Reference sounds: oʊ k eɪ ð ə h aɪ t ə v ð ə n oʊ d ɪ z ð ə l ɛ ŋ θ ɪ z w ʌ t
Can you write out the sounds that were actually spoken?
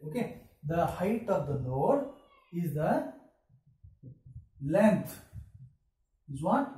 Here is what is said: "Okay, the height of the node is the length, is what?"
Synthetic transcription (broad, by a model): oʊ k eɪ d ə h aɪ t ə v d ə l oʊ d ɪ z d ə l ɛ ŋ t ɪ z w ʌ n